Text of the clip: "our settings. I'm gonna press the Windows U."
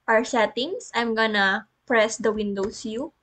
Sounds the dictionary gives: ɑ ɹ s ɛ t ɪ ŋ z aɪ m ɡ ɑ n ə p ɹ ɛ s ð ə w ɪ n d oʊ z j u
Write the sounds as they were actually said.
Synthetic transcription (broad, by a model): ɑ ɹ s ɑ t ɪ ŋ s aɪ m ɡ ɑ n ə p ɹ ɛ s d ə w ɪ n d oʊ s j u